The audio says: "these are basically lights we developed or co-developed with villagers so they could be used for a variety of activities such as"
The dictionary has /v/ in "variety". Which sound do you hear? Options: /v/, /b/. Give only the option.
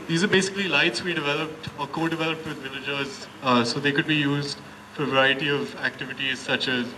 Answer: /v/